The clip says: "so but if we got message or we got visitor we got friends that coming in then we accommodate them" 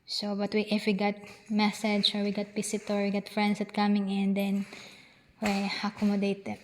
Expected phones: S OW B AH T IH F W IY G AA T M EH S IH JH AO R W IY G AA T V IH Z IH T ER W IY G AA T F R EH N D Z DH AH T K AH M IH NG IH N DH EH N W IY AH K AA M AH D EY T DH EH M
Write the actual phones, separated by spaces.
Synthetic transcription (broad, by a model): S OW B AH T IH F W IY G AA T M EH S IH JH AO R W IY G AA T P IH S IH T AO W IY G AA T F R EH N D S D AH T K AH M IH NG IH N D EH N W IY AH K AA M AH D EY T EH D